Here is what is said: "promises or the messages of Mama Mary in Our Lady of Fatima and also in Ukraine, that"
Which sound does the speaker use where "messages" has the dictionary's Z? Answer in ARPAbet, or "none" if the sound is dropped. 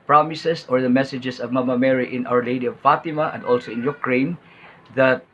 S